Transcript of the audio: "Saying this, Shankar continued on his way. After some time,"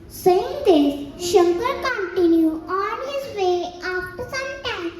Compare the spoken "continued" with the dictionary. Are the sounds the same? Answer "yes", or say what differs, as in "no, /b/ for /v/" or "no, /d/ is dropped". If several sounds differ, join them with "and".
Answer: no, /d/ is dropped